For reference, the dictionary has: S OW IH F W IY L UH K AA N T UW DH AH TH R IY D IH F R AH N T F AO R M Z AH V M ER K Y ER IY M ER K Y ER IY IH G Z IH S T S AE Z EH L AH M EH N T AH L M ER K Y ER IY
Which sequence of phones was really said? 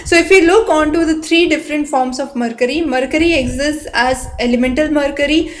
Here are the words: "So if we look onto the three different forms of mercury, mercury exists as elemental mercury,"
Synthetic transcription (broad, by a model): S OW IH F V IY L UH K AA N T UW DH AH T R IY D IH F R AH N T F AO R M S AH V M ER K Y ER IY M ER K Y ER IY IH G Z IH S T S AE Z EH L AH M EH N T AH L M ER K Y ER IY